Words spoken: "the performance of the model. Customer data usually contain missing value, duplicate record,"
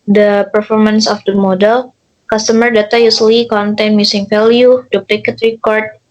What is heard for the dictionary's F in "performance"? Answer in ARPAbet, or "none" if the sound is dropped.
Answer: F